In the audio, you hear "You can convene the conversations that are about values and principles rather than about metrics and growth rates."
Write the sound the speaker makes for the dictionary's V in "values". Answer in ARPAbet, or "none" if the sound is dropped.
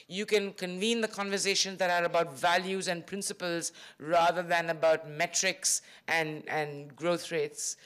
V